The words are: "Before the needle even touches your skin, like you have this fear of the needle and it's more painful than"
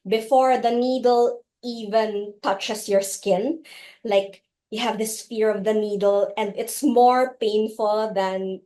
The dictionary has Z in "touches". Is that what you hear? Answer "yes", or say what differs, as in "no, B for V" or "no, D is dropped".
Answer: no, S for Z